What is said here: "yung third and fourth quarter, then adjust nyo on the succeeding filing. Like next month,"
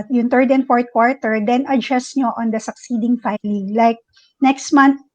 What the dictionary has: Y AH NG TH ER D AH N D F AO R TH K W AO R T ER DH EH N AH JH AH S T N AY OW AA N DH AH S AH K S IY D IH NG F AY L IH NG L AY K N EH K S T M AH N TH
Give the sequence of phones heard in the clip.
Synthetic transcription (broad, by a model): Y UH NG T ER D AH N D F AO R T K W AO R T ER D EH N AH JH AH S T N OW AA N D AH S AH K S IY D IH NG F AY L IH NG L AY K N EH K S T M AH N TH